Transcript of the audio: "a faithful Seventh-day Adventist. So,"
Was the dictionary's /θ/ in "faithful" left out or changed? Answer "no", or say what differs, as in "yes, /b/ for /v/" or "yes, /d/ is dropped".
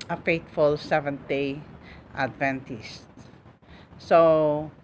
yes, /t/ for /θ/